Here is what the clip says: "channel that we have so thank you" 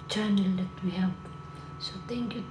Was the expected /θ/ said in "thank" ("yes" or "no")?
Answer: no